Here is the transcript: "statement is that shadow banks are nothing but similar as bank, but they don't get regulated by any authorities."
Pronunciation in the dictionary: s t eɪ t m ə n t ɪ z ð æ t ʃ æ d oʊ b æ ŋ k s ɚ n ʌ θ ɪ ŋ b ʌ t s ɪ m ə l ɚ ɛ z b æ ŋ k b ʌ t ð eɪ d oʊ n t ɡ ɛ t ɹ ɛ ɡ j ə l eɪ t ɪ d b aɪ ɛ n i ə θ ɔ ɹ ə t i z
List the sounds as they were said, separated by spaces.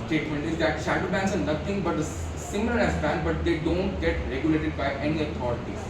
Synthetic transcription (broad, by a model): s t eɪ t m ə n t ɪ z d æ t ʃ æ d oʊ b æ ŋ k s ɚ n ʌ t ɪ ŋ b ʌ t s ɪ m ə l ɚ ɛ s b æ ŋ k b ʌ t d eɪ d oʊ n t ɡ ɛ t ɹ ɛ ɡ j ə l eɪ t ɪ d b aɪ ɛ n i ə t ɔ ɹ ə t i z